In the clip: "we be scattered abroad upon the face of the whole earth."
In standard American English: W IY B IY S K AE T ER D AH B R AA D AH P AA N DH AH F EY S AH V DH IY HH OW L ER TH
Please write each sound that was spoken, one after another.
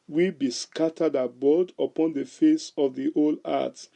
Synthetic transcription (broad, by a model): W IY B IY S K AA T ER D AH B AA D AH P AA N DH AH F EY S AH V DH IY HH OW L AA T